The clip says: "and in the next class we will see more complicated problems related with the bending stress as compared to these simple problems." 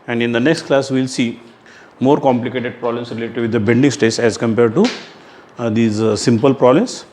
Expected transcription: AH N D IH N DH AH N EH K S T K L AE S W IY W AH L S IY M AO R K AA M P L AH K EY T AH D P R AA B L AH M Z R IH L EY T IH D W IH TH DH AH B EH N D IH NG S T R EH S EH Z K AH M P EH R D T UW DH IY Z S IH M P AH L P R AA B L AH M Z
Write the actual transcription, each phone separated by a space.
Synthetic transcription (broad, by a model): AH N D IH N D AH N EH K S T K L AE S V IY L S IY M AO R K AA M P L AH K EY T AH D P R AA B L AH M S R IH L EY T IH D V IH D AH B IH L D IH NG S T EH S EH Z K AH M P EH R D T UW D IY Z S IH M P AH L P R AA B L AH M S